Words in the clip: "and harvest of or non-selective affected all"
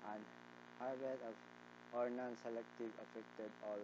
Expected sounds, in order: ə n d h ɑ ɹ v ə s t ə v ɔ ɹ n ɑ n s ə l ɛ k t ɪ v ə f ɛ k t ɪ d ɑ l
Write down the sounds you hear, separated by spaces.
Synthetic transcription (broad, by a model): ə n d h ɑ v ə t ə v ɔ ɹ n ɑ n s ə l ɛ k t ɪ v ə f ɛ k t ɪ d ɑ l